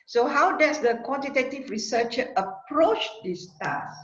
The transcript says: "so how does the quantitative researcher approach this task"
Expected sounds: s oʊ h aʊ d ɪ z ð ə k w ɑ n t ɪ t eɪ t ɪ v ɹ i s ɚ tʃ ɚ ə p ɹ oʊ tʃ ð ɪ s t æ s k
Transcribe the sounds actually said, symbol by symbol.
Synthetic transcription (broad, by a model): s oʊ h aʊ d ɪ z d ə k w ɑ n t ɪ t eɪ t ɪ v ɹ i s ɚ tʃ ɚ ə p ɹ oʊ tʃ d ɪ s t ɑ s